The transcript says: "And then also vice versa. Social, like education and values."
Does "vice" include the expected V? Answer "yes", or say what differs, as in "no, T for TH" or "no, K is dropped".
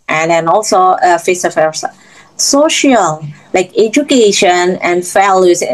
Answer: no, F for V